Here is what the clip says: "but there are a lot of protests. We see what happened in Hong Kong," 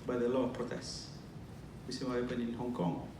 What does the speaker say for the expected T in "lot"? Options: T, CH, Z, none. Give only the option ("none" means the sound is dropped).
none